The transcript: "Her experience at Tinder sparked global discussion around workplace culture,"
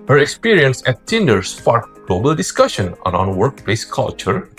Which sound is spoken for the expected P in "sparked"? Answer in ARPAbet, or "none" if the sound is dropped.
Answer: F